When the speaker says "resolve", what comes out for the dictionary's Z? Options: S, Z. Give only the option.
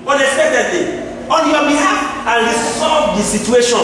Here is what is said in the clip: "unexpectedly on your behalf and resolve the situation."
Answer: S